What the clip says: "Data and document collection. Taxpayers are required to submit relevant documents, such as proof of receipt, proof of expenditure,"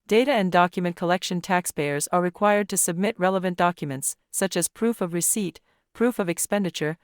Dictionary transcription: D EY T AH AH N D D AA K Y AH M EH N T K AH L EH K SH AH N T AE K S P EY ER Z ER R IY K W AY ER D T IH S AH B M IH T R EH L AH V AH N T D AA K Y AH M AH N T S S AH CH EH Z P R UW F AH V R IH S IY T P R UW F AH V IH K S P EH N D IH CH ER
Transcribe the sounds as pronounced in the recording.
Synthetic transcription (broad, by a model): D EY T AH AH N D D AA K Y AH M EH N K AH L EH K SH AH N T AE K S P EY ER Z ER R IY K W AY ER D T IH S AH B M IH T R EH L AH V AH N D AA K Y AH M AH N T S S AH CH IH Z P R UW F AH V R IH S IY T P R UW F AH V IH K S P EH N D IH CH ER